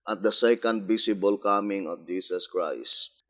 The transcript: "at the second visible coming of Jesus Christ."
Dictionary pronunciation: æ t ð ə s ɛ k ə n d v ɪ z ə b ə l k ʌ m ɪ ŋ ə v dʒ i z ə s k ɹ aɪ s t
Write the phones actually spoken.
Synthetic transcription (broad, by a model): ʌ t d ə s ɛ k ə n d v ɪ s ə b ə l k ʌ m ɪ ŋ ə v dʒ i s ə s k ɹ aɪ s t